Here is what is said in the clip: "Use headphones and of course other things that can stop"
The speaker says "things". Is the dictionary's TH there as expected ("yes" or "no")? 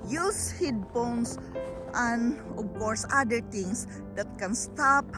no